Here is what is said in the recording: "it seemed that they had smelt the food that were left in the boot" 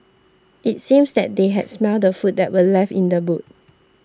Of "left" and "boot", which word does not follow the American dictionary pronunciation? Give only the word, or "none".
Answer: left